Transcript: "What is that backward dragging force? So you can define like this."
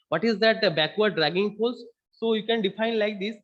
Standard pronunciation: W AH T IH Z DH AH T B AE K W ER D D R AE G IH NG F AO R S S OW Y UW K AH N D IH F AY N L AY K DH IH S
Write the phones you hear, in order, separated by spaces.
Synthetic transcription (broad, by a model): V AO T IH Z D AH T B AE K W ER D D R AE G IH NG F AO L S S OW Y UW K AH N D IH F AY N L AY K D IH S